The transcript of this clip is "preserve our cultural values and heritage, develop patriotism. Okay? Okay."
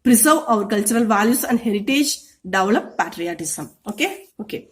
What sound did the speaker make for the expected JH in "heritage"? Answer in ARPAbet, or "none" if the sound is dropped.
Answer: JH